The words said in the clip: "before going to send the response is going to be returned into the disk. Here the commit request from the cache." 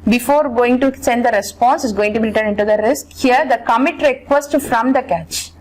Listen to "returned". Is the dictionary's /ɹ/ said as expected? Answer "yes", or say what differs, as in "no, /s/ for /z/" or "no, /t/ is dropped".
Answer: no, /l/ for /ɹ/